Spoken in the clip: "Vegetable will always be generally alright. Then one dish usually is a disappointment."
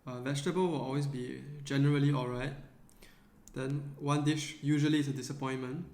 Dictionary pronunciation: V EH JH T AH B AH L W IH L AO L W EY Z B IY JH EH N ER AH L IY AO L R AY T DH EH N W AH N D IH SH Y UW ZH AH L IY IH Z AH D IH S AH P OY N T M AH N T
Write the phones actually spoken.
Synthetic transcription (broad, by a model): V EH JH T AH B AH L W IH L AO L W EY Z B IY JH EH N ER AH L IY AO L R AY T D EH N W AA N D IH SH Y UW ZH AH L IY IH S AH D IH S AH P OY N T M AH N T